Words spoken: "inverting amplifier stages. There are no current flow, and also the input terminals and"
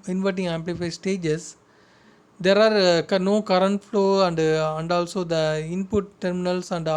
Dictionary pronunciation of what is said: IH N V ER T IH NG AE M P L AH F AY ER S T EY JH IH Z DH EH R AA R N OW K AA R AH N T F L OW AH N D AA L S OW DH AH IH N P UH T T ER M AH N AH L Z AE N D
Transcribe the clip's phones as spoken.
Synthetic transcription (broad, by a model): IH N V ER T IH NG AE M P L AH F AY S T EY JH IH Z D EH R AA R N OW K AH R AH N T F L OW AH N D AA L S OW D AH IH N P UH T T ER M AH N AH L S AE N D